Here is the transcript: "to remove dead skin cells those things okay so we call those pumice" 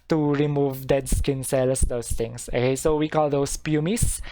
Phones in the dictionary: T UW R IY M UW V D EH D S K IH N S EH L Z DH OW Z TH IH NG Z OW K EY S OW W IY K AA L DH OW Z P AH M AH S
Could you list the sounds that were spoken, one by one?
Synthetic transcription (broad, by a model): T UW R IY M UW V D EH D S K IH N S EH L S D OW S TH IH NG S OW K EY S OW W IY K AA L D OW S P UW M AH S